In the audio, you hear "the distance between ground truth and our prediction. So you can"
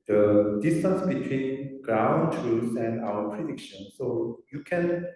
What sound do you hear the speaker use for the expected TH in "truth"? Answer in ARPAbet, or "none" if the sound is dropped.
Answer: S